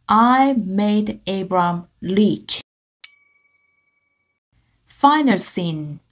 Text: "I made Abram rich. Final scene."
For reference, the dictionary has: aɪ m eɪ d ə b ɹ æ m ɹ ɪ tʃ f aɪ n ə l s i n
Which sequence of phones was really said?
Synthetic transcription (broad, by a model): aɪ m eɪ d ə b ɹ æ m l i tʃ f aɪ n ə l s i n